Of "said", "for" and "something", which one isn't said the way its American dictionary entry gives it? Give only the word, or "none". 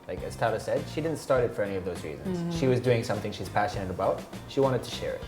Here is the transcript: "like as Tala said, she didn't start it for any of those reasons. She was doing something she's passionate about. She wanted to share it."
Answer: none